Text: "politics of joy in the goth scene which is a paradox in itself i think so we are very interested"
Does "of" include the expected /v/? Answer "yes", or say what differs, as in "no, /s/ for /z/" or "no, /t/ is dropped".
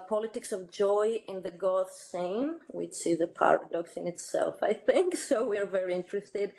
yes